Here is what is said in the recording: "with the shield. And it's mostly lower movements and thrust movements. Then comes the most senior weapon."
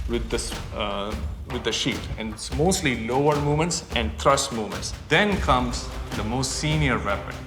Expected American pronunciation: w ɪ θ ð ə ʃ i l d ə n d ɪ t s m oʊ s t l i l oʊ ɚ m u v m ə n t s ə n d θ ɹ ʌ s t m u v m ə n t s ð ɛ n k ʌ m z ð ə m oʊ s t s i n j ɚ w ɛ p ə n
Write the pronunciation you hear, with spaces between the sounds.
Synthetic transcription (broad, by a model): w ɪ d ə s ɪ d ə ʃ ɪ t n m oʊ s t l i l oʊ ɚ m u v m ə n t s ə n d t ɹ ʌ s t m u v m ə n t s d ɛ n k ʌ m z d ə m oʊ s t s i n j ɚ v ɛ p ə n